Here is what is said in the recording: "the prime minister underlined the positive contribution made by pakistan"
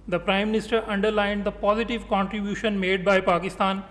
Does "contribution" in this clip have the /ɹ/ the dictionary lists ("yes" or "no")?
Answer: yes